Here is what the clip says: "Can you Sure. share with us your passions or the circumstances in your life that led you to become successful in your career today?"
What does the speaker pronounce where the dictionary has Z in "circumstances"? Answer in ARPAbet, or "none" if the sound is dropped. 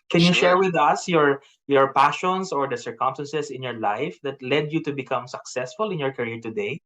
S